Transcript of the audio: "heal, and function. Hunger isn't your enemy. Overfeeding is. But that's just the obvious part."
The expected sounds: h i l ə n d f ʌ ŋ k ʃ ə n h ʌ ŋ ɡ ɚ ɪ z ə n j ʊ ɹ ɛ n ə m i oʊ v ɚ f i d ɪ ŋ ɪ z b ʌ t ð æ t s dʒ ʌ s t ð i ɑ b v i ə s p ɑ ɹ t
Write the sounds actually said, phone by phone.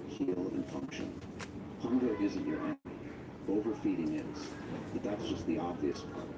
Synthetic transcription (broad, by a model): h i l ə n f ʌ ŋ k ʃ ə n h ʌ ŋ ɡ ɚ ɪ z ə n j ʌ ɹ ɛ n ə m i oʊ v ɚ f i d ɪ ŋ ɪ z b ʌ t ð æ t s dʒ ʌ s t ð i ɑ b v i ə s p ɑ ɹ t